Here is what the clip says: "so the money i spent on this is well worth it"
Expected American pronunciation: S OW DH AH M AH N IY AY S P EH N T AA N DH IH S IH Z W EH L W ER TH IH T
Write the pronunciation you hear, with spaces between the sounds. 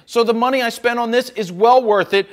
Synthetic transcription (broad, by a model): S OW DH AH M AH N IY AY S P EH N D N DH IH S IH Z W EH L W ER TH IH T